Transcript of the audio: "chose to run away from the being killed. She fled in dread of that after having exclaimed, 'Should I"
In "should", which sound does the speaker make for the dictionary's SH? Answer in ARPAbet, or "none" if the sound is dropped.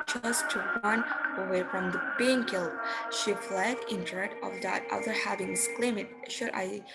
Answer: SH